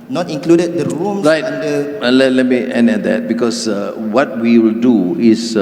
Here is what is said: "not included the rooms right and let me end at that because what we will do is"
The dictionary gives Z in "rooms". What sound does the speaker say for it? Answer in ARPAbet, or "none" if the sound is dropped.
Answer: none